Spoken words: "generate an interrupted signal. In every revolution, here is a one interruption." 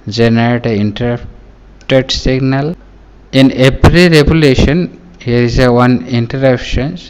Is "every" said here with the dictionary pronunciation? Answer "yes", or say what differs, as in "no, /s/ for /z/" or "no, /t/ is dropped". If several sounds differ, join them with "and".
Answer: no, /p/ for /v/